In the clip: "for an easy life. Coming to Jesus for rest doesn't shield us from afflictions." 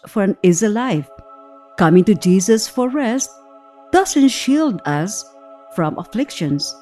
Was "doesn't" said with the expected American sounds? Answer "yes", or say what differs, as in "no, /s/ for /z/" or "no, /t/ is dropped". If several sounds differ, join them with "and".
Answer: no, /s/ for /z/